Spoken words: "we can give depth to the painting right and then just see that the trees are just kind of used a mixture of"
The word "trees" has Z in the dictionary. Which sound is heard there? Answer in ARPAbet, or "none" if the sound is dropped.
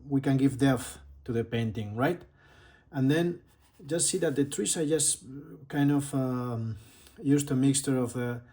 S